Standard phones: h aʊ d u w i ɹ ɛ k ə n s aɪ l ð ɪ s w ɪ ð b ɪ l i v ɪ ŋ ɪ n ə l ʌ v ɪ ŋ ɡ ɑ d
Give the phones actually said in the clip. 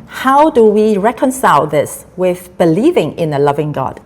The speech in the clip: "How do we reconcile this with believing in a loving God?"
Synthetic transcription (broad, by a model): h aʊ d u w i ɹ ɛ k ə n s aɪ l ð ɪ s w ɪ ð b ɪ l i v ɪ ŋ ɪ n ə l ʌ v ɪ ŋ ɡ ɑ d